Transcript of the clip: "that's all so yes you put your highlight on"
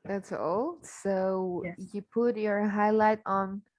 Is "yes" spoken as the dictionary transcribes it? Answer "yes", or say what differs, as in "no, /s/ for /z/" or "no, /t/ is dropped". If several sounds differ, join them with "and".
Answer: no, /s/ is dropped